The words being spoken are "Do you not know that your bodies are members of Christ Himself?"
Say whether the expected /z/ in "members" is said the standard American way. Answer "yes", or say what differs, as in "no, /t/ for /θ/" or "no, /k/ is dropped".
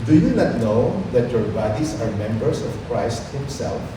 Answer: no, /s/ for /z/